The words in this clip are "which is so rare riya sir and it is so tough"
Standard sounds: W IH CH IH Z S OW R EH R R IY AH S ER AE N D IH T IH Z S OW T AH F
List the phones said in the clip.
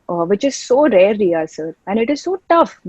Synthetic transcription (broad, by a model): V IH CH IH Z S OW R EH R L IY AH S ER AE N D IH T IH Z S OW T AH F